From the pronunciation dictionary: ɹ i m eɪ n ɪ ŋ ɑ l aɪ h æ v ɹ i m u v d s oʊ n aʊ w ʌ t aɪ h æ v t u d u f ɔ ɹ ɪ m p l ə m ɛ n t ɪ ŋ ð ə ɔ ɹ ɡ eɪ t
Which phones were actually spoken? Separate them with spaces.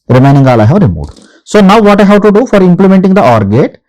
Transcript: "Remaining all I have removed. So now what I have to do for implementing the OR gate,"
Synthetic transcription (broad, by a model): ɹ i m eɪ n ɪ ŋ ɑ l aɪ h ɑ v ɹ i m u d s oʊ n aʊ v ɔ t aɪ h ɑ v t u d u f ɔ ɹ ɪ m p l ə m ɛ n t ɪ ŋ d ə ɔ ɹ ɡ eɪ t